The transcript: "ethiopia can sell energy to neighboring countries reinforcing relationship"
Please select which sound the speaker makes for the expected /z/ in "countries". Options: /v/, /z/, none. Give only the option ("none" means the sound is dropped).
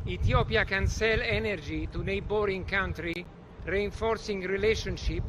none